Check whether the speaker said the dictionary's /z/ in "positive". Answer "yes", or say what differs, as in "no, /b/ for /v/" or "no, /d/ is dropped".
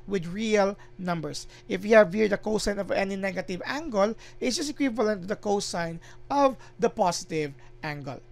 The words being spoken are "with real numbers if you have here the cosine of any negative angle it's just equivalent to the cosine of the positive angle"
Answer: no, /s/ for /z/